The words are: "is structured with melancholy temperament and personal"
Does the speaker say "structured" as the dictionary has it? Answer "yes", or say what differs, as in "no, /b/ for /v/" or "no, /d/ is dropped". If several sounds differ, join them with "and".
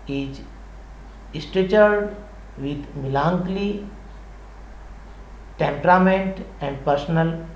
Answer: no, /ɹ/ is dropped and /k/ is dropped